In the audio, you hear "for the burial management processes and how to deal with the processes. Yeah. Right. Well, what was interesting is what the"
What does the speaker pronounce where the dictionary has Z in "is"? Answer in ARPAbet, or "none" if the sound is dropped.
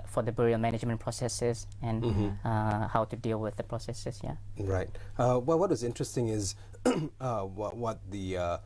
Z